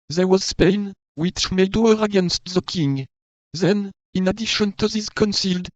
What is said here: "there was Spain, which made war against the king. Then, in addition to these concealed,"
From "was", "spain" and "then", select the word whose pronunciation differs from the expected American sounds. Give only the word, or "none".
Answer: none